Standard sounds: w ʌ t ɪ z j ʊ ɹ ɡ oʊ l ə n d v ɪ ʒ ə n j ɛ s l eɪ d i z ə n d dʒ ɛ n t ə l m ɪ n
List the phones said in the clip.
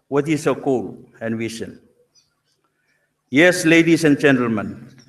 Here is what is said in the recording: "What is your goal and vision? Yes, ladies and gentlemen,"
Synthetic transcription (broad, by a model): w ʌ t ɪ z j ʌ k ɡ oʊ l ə n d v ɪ ʃ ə n j ɛ s l eɪ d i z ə n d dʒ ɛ n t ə l m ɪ n